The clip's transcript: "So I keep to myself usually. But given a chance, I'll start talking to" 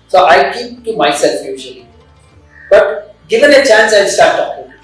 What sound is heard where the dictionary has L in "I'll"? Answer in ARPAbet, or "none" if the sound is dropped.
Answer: N